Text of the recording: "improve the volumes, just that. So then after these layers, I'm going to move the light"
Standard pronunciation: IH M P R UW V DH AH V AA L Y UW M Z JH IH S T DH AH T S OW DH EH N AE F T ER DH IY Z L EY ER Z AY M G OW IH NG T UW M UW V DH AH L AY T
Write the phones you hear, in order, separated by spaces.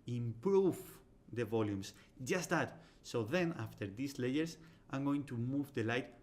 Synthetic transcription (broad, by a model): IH M P R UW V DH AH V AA L Y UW M S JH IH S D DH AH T S OW DH EH N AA F T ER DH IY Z L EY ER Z AY M G OW IH NG T UW M UW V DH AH L AY T